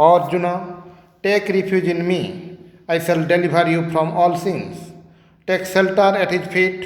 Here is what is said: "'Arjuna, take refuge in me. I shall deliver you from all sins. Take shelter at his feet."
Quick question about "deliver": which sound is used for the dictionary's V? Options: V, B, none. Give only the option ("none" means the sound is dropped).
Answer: B